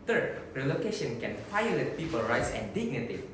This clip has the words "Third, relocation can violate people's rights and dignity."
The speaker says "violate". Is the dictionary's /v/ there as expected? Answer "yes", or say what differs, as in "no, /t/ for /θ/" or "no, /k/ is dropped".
no, /f/ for /v/